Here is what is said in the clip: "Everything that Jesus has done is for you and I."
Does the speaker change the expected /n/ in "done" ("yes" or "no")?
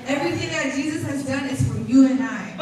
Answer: no